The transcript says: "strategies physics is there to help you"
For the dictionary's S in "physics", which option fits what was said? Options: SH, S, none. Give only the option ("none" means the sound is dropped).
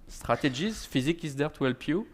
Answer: none